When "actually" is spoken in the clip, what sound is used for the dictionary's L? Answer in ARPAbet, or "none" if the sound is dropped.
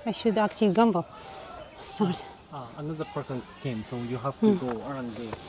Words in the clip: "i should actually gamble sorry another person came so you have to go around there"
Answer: none